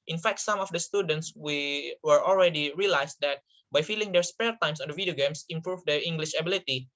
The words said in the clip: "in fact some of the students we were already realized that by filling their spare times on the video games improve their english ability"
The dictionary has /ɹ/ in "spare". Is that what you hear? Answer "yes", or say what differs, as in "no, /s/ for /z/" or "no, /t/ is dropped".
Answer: no, /l/ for /ɹ/